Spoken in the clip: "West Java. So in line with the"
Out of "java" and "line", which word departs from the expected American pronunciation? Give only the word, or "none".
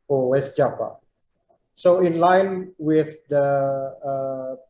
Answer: java